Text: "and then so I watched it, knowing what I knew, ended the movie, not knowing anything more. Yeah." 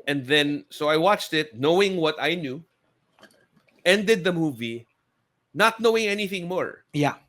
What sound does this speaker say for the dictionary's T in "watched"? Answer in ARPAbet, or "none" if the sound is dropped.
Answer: T